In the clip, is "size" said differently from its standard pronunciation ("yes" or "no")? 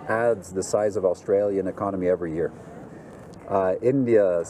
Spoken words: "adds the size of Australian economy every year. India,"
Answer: no